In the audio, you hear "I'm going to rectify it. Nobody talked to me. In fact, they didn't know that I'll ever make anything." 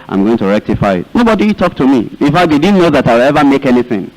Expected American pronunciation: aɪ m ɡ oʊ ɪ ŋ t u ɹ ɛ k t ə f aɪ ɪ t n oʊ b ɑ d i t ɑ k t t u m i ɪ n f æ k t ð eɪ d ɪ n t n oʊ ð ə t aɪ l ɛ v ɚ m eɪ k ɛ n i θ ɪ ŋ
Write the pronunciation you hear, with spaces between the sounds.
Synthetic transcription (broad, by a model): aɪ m ɡ oʊ ɪ ŋ t u ɹ ɛ k t ə f aɪ ɪ t n oʊ b ɑ d i t ɑ k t t u m i ɪ n f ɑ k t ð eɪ d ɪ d n oʊ ð ə t aɪ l ɛ v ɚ m eɪ k ɛ n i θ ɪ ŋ